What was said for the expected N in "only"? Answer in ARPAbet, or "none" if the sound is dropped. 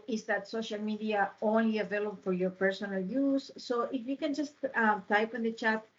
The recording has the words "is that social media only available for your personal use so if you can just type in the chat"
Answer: N